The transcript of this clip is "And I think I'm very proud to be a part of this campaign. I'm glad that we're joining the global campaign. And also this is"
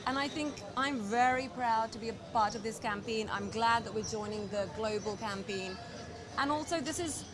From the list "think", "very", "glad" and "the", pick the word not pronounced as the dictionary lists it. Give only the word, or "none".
none